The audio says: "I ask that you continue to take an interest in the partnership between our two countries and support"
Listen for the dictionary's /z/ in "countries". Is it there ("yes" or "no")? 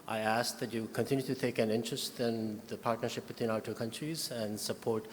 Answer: yes